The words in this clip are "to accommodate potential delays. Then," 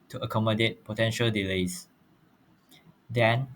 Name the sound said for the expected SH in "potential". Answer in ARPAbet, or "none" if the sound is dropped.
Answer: SH